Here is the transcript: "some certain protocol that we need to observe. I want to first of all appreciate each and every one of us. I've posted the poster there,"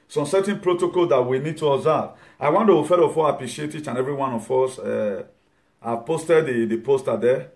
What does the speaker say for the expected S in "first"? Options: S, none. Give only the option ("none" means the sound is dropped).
none